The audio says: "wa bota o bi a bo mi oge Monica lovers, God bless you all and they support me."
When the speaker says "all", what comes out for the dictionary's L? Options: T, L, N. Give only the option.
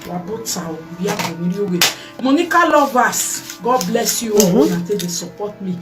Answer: N